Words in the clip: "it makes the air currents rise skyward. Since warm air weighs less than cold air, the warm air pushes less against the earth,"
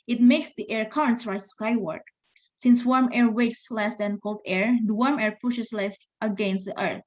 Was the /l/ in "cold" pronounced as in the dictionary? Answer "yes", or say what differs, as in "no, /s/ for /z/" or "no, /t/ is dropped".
yes